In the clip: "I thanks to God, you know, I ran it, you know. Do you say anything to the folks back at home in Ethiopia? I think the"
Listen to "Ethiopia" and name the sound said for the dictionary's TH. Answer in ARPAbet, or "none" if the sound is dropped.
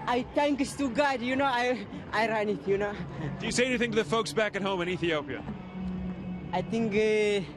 TH